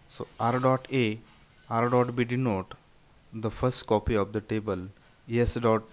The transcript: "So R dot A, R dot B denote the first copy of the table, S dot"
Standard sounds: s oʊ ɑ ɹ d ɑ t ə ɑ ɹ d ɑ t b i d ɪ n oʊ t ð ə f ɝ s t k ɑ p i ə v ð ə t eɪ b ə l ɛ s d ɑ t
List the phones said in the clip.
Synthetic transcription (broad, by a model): s oʊ ɑ ɹ d ɑ t ə ɑ ɹ d ɑ t b i d ɪ n oʊ t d ə f ɝ s t k ɑ p i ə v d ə t eɪ b ə l ɛ s d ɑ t